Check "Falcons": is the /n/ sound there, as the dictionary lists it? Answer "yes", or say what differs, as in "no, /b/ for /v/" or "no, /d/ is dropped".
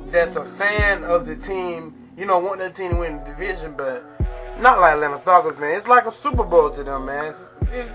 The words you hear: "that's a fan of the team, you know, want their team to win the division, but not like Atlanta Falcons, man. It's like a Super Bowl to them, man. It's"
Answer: no, /n/ is dropped